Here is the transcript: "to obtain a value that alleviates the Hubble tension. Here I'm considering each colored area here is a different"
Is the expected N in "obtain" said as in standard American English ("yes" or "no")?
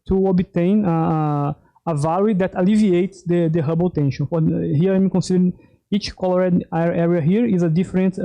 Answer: yes